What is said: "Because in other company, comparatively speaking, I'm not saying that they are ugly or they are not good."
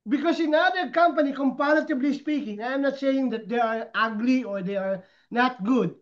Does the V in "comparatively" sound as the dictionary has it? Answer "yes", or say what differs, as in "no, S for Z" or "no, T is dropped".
no, B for V